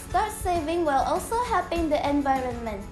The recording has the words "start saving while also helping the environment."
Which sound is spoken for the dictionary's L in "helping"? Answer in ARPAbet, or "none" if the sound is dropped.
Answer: none